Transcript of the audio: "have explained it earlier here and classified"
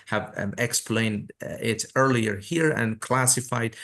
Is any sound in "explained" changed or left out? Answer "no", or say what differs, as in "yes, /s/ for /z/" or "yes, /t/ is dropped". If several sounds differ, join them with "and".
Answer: no